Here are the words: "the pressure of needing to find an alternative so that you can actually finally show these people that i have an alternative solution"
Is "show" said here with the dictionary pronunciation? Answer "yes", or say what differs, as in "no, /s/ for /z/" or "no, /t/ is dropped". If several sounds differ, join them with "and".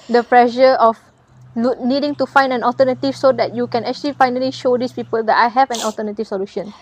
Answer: yes